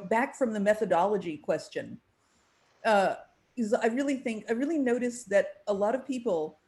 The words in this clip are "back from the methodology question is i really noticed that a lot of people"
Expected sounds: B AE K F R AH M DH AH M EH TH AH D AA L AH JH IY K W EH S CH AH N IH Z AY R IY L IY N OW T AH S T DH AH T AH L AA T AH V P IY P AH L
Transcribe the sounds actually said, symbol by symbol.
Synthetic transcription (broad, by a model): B AE K F R AH M DH AH M EH TH AH D AA L AH JH IY K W EH S CH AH N IH Z AY R IY L IY N OW T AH S DH AH T AH L AA T AH V P IY P L